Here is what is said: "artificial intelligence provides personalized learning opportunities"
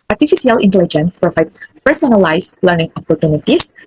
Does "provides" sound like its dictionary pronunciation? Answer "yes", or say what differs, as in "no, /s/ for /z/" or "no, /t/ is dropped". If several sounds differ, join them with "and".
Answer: no, /z/ is dropped